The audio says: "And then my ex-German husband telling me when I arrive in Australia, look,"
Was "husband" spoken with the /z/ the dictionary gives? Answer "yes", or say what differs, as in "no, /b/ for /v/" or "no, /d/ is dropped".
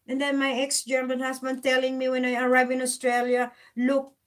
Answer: no, /s/ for /z/